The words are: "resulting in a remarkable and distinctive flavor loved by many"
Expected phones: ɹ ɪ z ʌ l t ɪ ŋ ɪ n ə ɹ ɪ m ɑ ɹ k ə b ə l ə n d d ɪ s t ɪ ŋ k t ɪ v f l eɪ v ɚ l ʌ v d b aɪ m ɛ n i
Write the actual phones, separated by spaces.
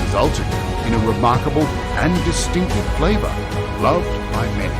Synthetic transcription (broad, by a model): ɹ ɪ z ʌ l t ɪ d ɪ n ə ɹ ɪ m ɑ ɹ k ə b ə l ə n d d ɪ s t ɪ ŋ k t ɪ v f l eɪ v ɚ l ʌ v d b aɪ m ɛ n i